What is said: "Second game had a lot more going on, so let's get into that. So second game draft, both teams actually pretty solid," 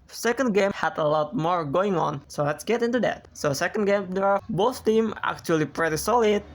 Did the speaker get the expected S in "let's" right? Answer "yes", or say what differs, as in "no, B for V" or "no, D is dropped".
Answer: yes